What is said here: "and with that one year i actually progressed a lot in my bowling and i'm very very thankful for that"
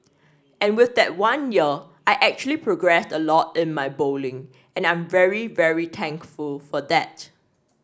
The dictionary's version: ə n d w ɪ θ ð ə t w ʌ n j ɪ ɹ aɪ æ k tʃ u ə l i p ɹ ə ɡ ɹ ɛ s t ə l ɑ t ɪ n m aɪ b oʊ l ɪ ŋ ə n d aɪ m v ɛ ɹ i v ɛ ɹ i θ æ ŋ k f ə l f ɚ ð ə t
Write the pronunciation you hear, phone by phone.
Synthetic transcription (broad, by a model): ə n w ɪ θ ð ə t w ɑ n j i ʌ aɪ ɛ k tʃ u ə l i p ɹ ə ɡ ɹ ɛ s t ə l ɑ t ɪ n m aɪ b oʊ l ɪ ŋ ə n aɪ m v ɛ ɹ i v ɛ ɹ i t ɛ ŋ k f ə l f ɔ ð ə t